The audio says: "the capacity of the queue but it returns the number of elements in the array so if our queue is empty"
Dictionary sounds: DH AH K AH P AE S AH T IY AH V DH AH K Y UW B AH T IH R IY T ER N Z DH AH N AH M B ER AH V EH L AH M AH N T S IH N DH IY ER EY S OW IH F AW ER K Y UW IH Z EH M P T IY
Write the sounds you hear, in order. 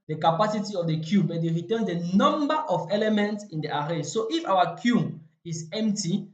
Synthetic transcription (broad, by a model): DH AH K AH P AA S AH T IY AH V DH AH K Y UW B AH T IH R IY T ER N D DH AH N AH M B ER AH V EH L AH M AH N T S IH N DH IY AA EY S OW IH F AW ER K Y UW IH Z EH M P T IY